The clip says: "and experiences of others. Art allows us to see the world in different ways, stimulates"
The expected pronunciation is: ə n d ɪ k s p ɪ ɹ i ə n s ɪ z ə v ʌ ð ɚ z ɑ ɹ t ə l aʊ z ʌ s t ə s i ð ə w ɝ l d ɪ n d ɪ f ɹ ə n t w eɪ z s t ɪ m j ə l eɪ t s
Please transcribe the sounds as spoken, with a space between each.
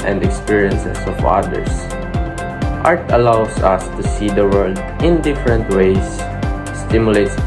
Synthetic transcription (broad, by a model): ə n d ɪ k s p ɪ ɹ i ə n s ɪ s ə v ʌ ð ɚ s ɑ ɹ t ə l aʊ s ʌ s t ə s i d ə w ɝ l d ɪ n d ɪ f ɹ ə n t w eɪ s t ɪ m j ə l eɪ t s